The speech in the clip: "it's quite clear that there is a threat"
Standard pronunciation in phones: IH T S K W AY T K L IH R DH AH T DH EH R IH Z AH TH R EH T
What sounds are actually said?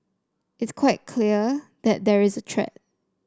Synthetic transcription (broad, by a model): IH T S K W AY T K L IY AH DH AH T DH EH R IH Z AH T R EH T